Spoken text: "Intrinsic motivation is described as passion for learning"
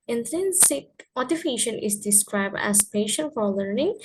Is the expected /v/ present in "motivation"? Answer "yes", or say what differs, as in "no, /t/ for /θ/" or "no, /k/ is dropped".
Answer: no, /f/ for /v/